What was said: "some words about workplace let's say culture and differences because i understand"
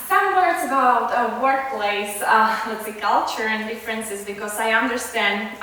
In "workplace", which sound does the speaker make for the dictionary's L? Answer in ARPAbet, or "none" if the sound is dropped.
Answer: L